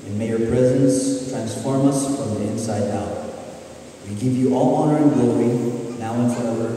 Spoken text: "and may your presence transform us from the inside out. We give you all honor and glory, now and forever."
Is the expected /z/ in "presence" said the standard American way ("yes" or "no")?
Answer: yes